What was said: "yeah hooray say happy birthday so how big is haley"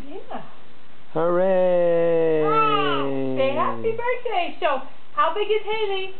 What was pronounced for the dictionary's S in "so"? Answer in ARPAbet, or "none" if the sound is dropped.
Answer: SH